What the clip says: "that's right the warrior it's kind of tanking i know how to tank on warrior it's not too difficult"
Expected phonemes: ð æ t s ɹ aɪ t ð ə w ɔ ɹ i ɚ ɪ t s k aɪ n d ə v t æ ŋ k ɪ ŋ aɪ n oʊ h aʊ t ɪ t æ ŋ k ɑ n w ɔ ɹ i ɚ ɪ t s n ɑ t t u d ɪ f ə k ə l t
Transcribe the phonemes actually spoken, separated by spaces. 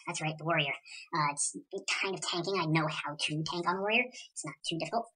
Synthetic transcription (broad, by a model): ð æ t s ɹ aɪ t ð ə w ɔ ɹ i ɚ ɪ t s k aɪ n d ə v t æ ŋ k ɪ ŋ aɪ n oʊ h aʊ t ɪ t æ ŋ k n w ɔ ɹ i ɚ ɪ t s n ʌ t t u d ɪ f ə k l t